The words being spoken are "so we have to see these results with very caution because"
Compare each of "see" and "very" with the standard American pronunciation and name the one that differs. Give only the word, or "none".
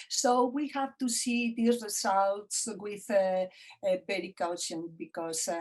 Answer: very